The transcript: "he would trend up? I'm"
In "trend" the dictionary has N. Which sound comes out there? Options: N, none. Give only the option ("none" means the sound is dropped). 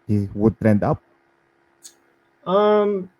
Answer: N